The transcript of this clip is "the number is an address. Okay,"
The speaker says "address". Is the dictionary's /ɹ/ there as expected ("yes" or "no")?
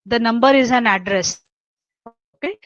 yes